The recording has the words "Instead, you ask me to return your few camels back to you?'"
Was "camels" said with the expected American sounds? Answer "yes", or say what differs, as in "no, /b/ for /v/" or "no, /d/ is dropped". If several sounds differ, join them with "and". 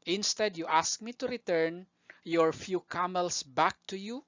no, /s/ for /z/